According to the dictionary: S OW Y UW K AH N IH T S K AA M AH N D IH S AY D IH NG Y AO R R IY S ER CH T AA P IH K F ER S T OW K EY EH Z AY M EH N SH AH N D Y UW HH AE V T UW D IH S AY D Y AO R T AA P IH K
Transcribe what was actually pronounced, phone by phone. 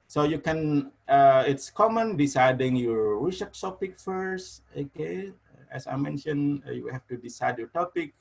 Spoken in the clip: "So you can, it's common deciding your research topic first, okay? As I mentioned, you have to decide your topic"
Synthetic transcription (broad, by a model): S OW Y UW K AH N IH T S K AA M AH N D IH S AY D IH NG Y AO R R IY SH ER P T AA P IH K F ER S T OW K EY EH S AY M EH N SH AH N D Y UW HH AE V T UW D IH S AY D Y AO R T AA P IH K